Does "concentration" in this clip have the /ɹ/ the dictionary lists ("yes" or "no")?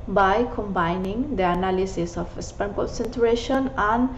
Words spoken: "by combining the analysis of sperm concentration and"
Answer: yes